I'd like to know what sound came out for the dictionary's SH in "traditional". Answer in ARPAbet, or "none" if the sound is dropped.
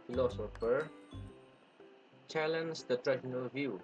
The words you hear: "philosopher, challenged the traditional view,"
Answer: none